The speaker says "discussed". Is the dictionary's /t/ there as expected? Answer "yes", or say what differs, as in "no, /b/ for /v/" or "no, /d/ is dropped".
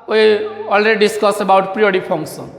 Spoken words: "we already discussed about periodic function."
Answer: no, /t/ is dropped